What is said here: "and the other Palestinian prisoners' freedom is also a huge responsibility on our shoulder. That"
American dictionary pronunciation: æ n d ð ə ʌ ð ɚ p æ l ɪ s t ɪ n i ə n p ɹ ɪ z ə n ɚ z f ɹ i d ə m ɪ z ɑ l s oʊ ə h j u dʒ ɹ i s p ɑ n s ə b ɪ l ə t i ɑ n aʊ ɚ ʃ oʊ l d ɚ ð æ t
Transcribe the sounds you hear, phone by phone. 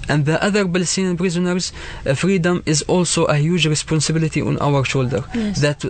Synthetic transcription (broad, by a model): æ n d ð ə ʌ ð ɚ b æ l s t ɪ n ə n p ɹ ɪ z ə n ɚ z f ɹ i d ə m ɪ z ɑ l s oʊ ə h j u dʒ ɹ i s p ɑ n s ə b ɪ l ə t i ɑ n aʊ ɚ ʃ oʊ l d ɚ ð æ t